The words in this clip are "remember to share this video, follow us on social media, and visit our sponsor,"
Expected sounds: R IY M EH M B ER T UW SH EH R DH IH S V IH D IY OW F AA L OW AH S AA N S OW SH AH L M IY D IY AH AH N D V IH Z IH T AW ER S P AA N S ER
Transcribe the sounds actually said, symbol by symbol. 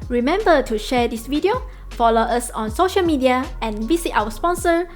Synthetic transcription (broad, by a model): R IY M EH M B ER T UW SH EH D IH S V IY D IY OW F AA L OW AH S AA N S OW SH AH L M IY D IY AH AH N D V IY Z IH T AW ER S P AA N S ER